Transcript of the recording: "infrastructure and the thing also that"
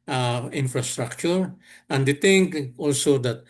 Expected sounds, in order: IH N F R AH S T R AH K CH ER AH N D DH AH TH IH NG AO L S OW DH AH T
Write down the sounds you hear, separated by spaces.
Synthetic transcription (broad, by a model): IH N F R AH S T R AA K CH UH AH N D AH T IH NG AO L S OW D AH T